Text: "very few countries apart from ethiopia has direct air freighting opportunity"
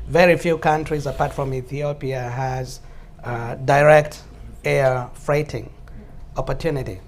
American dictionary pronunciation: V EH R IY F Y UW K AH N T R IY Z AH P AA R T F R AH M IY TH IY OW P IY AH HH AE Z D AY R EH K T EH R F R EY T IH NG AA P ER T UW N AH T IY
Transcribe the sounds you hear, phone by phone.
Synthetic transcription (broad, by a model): V EH R IY F Y UW K AH N T R IY Z AH P AA R T F R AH M IY TH IY OW P IY AH HH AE Z D AY R EH K T EH R F R EY T IH NG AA P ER T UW N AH T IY